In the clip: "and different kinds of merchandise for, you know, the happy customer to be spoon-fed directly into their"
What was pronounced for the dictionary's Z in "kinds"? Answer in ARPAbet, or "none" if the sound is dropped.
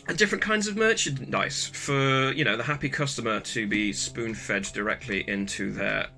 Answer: Z